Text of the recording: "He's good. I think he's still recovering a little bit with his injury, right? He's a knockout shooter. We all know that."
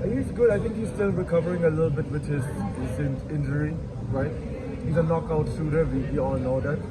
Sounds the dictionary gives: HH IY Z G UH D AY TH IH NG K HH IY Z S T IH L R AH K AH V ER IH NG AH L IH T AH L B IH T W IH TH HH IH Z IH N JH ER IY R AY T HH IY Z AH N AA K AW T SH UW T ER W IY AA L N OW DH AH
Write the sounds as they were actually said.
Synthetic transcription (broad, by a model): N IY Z G UH D AY TH IH NG K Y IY S T IH L R AH K AH V ER IH NG AH L IH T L B IH T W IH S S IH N IH N JH ER IY R AY T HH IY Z AH N AA K AW T S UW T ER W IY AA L N OW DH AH